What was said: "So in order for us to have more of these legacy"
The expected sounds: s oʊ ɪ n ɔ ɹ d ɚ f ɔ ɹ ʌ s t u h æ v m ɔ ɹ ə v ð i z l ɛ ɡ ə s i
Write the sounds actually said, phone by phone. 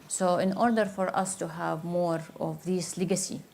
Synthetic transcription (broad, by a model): s oʊ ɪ n ɔ ɹ d ɚ f ɔ ɹ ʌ s t u h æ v m ɔ ɹ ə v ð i s l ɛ ɡ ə s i